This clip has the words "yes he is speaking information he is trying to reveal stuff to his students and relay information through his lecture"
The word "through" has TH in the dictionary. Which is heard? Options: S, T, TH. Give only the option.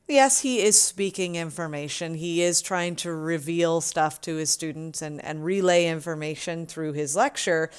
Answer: TH